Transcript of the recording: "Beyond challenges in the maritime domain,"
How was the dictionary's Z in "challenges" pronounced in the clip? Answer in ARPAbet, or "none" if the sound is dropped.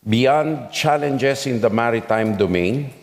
S